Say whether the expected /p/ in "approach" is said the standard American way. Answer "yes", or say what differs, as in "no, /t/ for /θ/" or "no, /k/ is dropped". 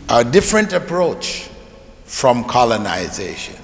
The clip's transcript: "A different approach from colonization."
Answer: yes